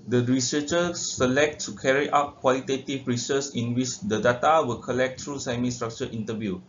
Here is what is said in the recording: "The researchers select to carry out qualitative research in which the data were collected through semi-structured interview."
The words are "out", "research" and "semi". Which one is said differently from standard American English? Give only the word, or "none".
research